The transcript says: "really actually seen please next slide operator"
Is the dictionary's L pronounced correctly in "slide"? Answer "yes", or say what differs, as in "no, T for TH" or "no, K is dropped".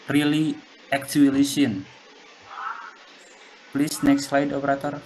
yes